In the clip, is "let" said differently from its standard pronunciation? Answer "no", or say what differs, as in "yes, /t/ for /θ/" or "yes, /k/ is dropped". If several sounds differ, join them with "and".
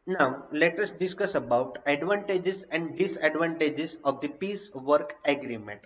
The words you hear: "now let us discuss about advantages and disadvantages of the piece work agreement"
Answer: no